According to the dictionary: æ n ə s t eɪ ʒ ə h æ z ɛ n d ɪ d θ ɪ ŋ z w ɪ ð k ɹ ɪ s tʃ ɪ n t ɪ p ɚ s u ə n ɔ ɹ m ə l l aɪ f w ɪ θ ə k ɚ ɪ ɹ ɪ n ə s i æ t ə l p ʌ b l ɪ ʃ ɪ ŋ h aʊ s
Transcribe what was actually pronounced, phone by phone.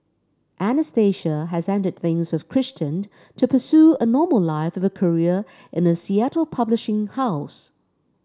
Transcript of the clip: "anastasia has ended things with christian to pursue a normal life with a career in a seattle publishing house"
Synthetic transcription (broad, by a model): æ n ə s t eɪ ʃ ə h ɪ z ɛ n d ɪ d θ ɪ ŋ z w ɪ ð k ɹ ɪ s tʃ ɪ n t ɪ p ɚ s u ə n ɔ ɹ m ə l l aɪ f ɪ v ə k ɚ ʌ ɹ ɪ n ə s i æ t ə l p ʌ b l ɪ ʃ ɪ ŋ h aʊ s